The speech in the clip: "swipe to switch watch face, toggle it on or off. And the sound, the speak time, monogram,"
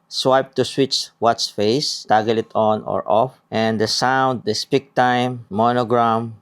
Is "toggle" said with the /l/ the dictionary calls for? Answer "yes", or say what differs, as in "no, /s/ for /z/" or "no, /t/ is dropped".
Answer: yes